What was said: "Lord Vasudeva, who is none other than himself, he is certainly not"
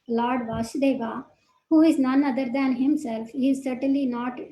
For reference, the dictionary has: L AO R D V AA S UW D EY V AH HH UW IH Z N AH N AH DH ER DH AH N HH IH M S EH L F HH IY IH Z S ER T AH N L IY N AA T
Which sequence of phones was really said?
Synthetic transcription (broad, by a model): L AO R D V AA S D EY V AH HH UW IH Z N AH N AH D ER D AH N HH IH M S EH L F HH IY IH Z S ER T AH N L IY N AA T